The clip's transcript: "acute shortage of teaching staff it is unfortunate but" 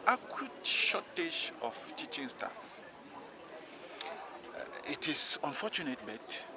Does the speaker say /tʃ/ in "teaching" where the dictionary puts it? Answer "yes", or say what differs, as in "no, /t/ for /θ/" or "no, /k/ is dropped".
yes